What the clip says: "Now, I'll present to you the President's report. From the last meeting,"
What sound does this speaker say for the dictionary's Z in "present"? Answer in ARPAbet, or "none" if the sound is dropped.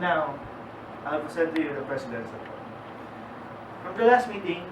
S